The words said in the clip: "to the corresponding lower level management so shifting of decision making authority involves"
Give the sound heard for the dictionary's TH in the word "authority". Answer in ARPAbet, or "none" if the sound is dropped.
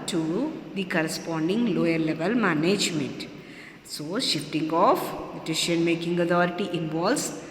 T